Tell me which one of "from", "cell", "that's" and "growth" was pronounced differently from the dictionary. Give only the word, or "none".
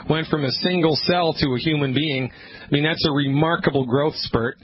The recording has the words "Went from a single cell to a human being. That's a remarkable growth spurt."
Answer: none